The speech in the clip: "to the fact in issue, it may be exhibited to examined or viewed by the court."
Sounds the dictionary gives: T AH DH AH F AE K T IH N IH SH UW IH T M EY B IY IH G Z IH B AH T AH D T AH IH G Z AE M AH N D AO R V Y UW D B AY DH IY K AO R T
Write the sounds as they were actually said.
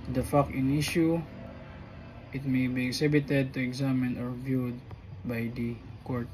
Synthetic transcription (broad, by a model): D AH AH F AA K IH N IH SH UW IH T M EY B IY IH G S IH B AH T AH D T AH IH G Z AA M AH N AO R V Y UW D B AY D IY K AO R T